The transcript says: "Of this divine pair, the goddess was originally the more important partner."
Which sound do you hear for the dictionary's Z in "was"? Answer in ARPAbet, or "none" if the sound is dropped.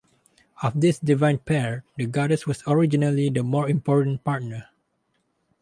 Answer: S